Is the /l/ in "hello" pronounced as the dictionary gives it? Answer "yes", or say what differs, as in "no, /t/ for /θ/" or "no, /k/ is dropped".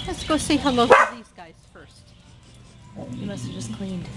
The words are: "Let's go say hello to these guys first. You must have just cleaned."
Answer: no, /l/ is dropped